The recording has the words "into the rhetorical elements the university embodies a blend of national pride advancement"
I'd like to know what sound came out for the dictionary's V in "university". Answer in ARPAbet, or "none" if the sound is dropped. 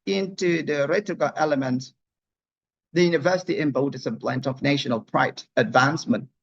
V